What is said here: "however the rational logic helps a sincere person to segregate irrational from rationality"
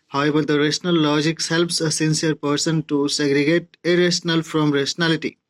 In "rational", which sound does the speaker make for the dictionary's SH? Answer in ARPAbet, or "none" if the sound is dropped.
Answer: S